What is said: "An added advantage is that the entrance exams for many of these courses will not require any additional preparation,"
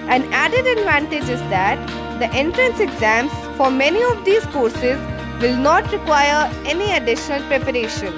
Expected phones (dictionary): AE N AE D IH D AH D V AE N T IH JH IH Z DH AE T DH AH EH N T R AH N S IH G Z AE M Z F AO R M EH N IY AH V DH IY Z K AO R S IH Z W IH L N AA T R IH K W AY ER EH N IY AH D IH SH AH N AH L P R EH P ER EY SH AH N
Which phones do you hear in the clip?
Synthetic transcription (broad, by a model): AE N AE D IH D AH D V AE N T IH JH IH Z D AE T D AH EH N T R AH N S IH G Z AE M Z F AO R M EH N IY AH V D IY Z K AO R S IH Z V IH L N AA T R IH K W AY ER EH N IY AH D IH SH AH N AH L P R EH P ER EY SH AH N